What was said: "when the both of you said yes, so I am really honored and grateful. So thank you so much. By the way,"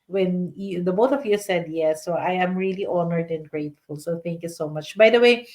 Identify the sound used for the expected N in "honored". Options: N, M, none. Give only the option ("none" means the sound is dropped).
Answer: N